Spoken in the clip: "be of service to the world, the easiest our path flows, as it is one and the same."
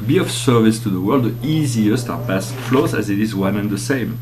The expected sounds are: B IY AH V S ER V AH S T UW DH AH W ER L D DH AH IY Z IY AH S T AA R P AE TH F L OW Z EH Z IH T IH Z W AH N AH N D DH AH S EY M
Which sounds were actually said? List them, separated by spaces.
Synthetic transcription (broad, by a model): B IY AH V S ER V AH S T UW DH AH W ER L D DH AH IY Z IY AH S T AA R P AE S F L OW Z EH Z IH T IH Z W AH N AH N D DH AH S EY M